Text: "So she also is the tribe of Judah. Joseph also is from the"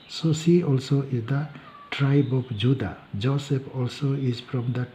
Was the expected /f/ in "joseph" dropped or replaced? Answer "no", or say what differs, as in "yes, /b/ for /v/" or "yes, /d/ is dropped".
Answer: yes, /p/ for /f/